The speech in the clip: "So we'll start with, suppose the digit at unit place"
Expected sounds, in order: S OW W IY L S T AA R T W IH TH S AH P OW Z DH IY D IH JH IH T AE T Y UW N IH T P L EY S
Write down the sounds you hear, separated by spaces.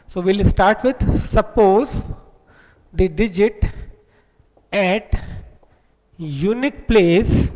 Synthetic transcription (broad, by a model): S OW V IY L S T AA R T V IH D S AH P OW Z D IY D IH JH IH T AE T Y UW N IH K P L EY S